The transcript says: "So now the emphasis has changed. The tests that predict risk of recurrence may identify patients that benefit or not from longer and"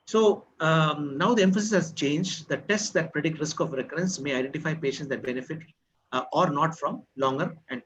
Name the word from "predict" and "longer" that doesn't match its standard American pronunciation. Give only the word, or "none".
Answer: none